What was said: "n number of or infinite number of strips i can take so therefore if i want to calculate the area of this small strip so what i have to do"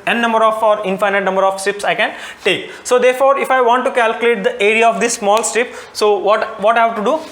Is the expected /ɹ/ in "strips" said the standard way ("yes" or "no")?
no